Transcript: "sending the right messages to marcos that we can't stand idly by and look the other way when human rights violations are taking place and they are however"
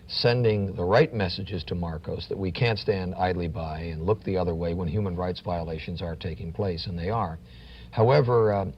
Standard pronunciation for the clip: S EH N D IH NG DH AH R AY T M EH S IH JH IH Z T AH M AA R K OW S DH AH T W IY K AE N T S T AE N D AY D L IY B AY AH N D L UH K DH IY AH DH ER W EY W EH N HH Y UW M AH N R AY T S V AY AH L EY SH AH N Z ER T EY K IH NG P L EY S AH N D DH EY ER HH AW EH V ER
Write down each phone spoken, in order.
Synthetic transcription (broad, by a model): S EH N D IH NG DH AH R AY T M EH S IH JH IH Z T AH M AA R K OW S DH AH T W IY K AE N T S T AE N D AY D L IY B AY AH N L UH K DH IY AH DH ER W EY W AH N HH Y UW M AH N R AY T S V AY AH L EY SH AH N Z ER T EY K IH NG P L EY S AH N DH EY ER HH AW EH V ER